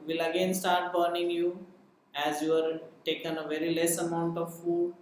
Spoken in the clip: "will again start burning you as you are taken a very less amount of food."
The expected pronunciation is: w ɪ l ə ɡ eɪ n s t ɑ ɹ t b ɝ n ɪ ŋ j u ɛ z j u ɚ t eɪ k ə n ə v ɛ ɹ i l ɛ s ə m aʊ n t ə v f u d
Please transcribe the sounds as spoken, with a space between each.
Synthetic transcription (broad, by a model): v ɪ l ə ɡ eɪ n s t ɑ ɹ t b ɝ n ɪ ŋ j u ɛ z j u ɚ t eɪ k ə n ə v ɛ ɹ i l ɛ s ə m aʊ n t ə v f u d